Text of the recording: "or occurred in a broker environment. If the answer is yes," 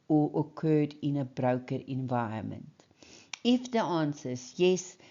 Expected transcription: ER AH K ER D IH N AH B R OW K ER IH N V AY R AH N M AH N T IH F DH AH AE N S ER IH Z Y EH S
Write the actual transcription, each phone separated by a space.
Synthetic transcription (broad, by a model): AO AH K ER D IH N AH B R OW K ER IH N V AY AH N M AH N T IH F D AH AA N S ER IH S Y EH S